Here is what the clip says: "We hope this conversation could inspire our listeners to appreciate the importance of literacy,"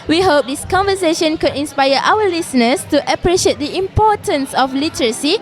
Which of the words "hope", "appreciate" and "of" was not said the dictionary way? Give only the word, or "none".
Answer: of